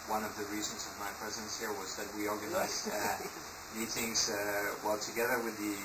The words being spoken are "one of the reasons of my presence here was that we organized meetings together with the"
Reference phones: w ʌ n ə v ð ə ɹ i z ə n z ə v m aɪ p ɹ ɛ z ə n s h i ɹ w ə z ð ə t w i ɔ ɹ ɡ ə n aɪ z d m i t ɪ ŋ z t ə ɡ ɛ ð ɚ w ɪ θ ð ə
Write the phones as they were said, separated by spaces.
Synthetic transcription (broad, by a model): w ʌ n ə v ð ə ɹ i z ə n z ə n m aɪ p ɹ ɛ z ə n s h i ɹ w ə z ð ə t w i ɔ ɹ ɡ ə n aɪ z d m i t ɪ ŋ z t ə ɡ ɛ ð ɚ w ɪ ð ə